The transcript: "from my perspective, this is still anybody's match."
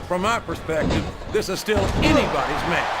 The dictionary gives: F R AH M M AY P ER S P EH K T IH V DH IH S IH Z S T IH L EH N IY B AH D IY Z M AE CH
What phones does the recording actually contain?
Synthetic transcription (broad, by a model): F R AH M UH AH P ER S P EH K T IH V DH IH S IH Z S T IH L EH N IY B AH D IY Z M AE